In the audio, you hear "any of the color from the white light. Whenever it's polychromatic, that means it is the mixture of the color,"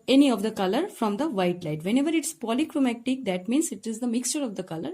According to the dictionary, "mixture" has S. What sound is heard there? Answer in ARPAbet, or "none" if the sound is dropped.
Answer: S